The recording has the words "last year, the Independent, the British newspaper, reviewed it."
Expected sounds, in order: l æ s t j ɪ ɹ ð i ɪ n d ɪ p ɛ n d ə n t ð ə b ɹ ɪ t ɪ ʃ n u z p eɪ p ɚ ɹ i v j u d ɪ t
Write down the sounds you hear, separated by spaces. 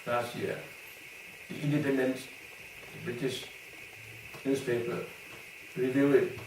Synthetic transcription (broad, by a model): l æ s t j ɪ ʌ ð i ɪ n d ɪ p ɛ n d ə n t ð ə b ɹ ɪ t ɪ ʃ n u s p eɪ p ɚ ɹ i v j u ɪ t